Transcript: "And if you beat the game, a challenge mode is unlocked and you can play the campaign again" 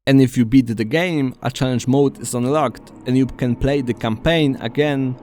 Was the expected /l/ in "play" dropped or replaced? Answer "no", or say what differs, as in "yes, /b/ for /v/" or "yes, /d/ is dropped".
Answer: no